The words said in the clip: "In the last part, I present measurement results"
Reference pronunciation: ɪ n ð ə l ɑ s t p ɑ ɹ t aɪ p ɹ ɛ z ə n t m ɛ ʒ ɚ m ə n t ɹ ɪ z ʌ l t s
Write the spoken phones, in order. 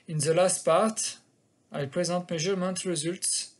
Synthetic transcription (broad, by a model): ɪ n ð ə l ɑ s t p ɑ ɹ t aɪ p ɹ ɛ z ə t m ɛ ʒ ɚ m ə n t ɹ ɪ z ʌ l t s